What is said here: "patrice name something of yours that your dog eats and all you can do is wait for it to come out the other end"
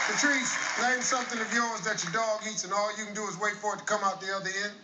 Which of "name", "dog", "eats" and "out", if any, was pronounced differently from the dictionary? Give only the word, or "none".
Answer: name